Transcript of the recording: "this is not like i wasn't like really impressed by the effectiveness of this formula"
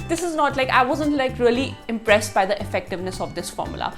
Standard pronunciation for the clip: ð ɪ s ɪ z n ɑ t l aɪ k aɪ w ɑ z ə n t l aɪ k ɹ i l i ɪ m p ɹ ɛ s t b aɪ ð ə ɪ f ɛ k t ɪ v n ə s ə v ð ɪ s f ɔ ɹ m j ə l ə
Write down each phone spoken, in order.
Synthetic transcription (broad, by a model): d ɪ s ɪ z n ɑ t l aɪ k aɪ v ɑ z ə n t l aɪ k ɹ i l i ɪ m p ɹ ɛ s t b aɪ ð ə ɪ f ɛ k t ɪ v n ə s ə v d ɪ s f ɔ ɹ m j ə l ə